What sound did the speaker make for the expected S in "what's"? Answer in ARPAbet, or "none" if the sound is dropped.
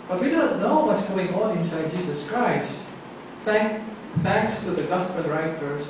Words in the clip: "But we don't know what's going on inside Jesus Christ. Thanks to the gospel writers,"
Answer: none